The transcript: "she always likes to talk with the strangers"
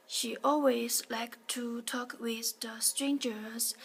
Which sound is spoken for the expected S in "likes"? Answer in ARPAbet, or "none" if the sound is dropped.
none